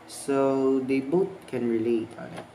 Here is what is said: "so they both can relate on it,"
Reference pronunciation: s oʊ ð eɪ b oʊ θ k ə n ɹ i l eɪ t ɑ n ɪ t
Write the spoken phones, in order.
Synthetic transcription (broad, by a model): s oʊ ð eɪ b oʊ t k ə n ɹ i l eɪ t ɑ n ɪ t